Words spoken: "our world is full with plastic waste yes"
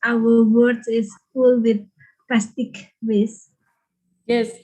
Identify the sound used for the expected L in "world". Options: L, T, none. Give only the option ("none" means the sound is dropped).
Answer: none